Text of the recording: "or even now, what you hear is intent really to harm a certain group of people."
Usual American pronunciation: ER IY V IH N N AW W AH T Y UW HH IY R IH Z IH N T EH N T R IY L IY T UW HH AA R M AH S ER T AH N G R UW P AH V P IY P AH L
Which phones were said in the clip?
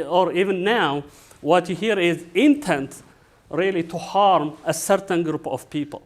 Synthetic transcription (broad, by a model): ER IY V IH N N AW W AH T Y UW HH IY R IH Z IH N T EH N T R IY L IY T UW HH AA R M AH S ER T AH N G R UW P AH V P IY P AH L